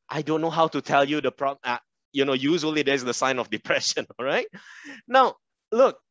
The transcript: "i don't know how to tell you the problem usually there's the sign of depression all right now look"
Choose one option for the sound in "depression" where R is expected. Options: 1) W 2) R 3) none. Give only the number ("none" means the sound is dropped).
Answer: 2